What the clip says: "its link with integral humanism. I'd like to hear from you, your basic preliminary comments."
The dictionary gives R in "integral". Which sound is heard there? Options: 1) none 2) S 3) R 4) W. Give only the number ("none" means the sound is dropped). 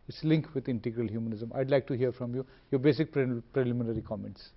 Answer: 3